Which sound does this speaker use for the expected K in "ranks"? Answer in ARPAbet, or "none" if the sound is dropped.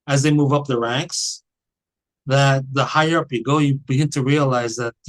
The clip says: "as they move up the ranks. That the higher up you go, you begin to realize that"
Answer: K